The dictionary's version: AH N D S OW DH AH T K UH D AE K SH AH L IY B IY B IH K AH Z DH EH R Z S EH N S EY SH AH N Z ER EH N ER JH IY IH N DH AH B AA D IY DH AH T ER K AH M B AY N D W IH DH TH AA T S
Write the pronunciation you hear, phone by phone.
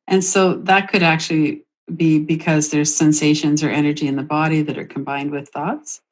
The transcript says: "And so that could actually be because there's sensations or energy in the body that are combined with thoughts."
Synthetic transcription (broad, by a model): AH N S OW DH AH T K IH D AE K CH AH L IY B IY B IH K AH Z DH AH R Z S EH N S EY SH AH N Z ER EH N ER JH IY IH N DH AH B AA D IY DH AH T ER K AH M B AY N D W IH DH TH AA T S